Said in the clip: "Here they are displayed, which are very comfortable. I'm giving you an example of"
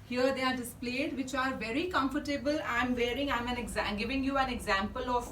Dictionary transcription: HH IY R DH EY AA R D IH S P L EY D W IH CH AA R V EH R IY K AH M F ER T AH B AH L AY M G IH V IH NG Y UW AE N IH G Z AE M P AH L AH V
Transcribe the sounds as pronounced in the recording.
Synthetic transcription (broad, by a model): HH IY R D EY AA R D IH S P L EY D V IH CH AA R V EH R IY K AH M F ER T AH B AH L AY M G IH V IH NG Y UW AE N IH G Z AE M P AH L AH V